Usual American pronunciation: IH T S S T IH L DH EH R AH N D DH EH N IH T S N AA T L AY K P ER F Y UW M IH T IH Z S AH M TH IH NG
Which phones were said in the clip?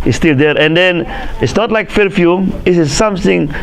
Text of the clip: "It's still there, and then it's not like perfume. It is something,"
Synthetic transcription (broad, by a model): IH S S T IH L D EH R AH N D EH N IH T S N AA T L AY K F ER F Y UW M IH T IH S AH M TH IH NG